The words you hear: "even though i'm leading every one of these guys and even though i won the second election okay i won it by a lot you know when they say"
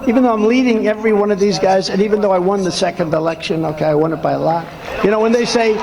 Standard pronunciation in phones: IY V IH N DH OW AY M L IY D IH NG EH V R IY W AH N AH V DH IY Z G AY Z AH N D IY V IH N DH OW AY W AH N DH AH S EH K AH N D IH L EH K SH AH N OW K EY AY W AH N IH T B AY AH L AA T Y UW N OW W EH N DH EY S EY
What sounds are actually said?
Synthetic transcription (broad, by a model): IY V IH N DH OW AY M L IY D IH NG EH V R IY W AH N AH V DH IY Z G AY Z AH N IY V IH N DH OW AY W AH N DH AH S EH K AH N D IH L EH K SH AH N OW K EY AY W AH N IH T B AY AH L AA T Y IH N OW W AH N DH EY S EY